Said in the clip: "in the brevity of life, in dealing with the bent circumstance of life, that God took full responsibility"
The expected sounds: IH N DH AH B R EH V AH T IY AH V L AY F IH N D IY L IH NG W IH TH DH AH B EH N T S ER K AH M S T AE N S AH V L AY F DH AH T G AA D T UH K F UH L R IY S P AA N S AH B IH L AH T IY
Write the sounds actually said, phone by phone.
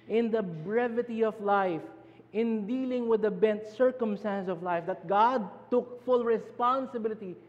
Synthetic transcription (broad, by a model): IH N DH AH B R EH V AH T IY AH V L AY F IH N D IY L IH NG W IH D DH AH B EH N T S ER K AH M S T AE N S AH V L AY F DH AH T G AA D T UH K F UH L R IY S P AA N S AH B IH L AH T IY